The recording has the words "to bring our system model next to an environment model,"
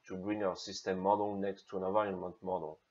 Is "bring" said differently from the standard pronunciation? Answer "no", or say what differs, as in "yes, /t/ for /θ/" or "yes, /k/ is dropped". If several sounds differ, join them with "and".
no